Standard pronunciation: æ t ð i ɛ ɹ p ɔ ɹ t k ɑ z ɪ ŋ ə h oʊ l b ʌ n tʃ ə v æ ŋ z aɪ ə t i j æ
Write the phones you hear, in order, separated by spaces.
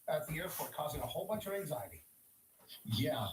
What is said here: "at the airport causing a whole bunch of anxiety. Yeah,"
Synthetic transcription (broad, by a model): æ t ð i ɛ ɹ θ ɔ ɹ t k ɑ z ɪ ŋ ə h oʊ l b ʌ n tʃ ə v æ ŋ z aɪ ə t i j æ